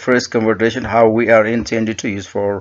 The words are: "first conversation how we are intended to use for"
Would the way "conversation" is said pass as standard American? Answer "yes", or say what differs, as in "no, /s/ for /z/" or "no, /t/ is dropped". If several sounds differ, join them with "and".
no, /s/ is dropped